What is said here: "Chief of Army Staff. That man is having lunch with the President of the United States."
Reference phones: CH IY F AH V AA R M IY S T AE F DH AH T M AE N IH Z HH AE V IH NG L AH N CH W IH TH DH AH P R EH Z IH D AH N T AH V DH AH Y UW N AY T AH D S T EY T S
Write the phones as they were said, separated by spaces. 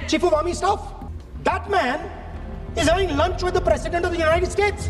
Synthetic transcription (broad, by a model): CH IY F AH V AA M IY S T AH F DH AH T M AE N IH Z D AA IH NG L AH N CH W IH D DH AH P R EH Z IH D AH N T AH V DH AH Y UW N AY T AH D S T EY T S